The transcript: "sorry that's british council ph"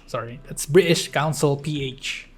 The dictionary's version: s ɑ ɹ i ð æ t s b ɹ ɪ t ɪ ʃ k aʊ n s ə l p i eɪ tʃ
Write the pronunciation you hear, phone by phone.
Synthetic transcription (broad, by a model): s ɑ ɹ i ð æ t s b ɹ ɪ t ɪ ʃ k aʊ n s ə l p i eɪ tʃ